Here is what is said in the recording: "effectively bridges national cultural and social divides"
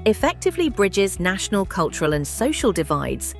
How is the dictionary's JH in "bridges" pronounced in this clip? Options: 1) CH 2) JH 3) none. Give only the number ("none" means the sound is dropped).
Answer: 2